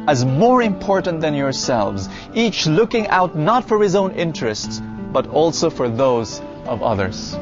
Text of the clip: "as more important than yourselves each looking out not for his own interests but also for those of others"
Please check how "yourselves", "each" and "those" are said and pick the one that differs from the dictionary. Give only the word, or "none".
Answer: none